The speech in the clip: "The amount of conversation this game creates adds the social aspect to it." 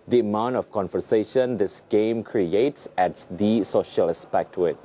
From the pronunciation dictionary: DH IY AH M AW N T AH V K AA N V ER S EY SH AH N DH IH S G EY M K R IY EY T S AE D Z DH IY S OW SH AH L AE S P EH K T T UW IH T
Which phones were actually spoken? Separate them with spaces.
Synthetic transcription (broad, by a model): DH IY AH M AW N T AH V K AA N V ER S EY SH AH N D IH S G EY M K R IY EY T S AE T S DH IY S OW SH AH L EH S P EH K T T UW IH T